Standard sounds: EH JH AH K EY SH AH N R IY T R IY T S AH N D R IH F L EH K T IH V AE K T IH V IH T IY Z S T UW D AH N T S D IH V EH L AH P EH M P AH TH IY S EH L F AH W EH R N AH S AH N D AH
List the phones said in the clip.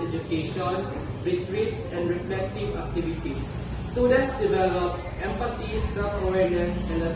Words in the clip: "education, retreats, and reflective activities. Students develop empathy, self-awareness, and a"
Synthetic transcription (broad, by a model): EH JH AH K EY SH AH N R IY T R IY T S AH N D R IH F L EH K T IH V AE K T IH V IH T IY S T UW D AH N T S D IH V EH L AH P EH M P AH T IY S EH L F AH W EH R N AH S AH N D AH